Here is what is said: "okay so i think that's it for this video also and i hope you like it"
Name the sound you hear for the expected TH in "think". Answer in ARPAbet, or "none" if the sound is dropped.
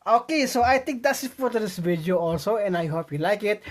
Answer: T